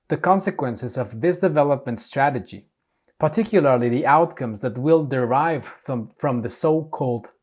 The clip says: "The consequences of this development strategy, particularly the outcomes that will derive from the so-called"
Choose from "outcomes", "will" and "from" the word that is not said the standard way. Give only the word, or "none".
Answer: none